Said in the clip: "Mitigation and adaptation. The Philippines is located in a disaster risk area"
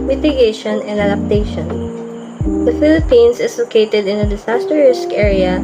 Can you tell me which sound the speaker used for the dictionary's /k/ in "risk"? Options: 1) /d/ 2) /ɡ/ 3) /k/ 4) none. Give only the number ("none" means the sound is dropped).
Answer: 3